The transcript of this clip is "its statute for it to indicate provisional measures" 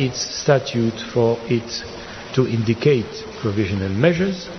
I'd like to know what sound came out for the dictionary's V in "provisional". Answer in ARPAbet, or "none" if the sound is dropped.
V